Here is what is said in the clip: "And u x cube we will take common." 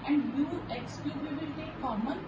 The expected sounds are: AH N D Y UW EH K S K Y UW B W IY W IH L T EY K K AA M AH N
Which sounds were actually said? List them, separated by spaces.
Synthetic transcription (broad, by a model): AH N D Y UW EH K S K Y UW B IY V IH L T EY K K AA M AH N